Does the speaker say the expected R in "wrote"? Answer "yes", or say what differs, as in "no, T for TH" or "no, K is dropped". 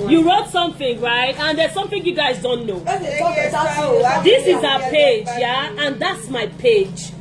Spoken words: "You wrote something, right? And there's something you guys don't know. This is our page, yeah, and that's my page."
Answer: yes